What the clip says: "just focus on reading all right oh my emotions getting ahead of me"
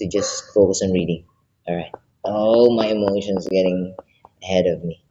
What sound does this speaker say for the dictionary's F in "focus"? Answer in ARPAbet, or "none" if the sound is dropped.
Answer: F